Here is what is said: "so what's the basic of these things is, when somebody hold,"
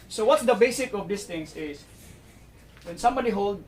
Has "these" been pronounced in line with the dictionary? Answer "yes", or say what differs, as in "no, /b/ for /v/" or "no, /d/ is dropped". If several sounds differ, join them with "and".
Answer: no, /s/ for /z/